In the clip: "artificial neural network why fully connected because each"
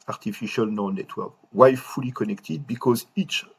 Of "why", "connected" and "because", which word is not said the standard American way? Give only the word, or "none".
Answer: none